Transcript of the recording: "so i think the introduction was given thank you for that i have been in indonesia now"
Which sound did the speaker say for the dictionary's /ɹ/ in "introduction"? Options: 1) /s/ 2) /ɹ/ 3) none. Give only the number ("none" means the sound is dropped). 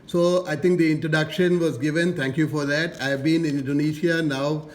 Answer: 2